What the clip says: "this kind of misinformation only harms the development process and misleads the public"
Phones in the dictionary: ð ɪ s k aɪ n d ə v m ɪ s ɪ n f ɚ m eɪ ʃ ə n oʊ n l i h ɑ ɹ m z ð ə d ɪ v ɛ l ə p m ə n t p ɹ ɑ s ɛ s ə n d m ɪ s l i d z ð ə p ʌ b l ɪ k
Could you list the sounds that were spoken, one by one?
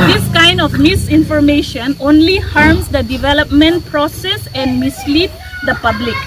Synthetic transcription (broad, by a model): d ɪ s k aɪ n d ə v m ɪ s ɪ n f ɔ m eɪ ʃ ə n oʊ n l i h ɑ ɹ m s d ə d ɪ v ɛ l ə p m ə n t p ɹ ɑ s ɛ s ə n d m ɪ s l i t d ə p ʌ b l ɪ k